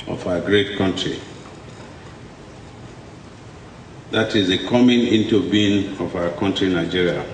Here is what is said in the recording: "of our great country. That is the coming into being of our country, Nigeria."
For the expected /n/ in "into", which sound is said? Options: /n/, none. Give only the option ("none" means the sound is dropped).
/n/